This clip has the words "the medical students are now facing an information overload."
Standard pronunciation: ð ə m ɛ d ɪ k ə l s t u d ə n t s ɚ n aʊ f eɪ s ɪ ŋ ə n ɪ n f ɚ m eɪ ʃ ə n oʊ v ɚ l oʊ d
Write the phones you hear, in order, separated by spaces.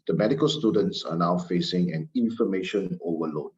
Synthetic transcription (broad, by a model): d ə m ɛ d ɪ k ə l s t u d ə n t s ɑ n aʊ f eɪ s ɪ ŋ ə n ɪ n f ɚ m eɪ ʃ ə n oʊ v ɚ l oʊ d